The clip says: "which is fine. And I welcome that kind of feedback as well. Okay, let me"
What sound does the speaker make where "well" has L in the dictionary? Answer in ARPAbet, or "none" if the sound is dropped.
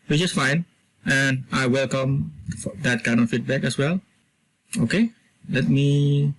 L